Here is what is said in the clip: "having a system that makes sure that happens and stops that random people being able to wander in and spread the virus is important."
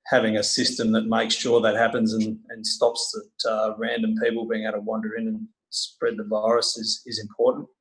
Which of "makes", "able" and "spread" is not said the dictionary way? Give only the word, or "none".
able